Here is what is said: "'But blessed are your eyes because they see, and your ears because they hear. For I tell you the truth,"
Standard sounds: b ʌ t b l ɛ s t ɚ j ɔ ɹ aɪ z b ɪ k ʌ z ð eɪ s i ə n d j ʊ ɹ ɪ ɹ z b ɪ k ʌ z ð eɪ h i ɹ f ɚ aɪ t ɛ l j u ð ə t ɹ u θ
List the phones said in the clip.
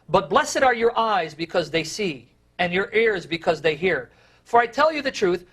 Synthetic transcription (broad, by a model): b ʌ t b l ɛ s t ɚ j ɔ ɹ aɪ z b ɪ k ʌ z ð eɪ s i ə n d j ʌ ɹ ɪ ɹ z b ɪ k ʌ z ð eɪ h i ɹ f ɚ aɪ t ɛ l j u ð ə t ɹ u θ